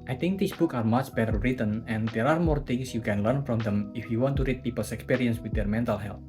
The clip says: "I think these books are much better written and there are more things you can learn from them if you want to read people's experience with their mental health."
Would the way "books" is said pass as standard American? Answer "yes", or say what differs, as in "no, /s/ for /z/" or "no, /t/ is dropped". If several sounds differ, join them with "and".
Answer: no, /s/ is dropped